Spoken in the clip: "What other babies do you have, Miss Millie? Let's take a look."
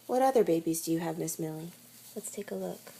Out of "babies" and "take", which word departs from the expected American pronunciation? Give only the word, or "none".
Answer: none